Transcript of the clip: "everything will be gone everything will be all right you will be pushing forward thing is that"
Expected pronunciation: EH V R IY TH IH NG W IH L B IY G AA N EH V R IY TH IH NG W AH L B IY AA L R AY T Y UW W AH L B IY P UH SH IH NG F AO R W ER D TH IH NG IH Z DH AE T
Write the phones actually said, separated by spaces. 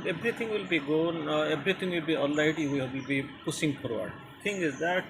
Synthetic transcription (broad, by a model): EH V R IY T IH NG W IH L B IY G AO N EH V R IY T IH NG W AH L B IY AA L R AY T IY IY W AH L B IY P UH S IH NG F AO R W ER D T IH NG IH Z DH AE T